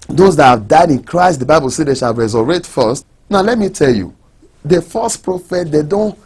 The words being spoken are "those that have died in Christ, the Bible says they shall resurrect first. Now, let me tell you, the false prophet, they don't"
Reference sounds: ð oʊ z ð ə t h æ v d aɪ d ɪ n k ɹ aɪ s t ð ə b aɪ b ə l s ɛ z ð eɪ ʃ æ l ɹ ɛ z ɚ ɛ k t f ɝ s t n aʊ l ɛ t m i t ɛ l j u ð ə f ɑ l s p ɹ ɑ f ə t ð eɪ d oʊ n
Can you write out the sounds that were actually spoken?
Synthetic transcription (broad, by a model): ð oʊ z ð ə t h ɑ v d aɪ d ɪ n k ɹ aɪ s t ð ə b aɪ b ə l s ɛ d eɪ ʃ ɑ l ɹ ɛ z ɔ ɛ t f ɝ s t n aʊ l ɛ t m i t ɛ l j u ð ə f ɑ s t p ɹ ɑ f ə t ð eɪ d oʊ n